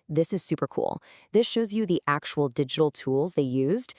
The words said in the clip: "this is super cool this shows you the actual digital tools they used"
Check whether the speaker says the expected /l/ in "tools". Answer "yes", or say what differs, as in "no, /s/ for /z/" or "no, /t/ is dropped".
yes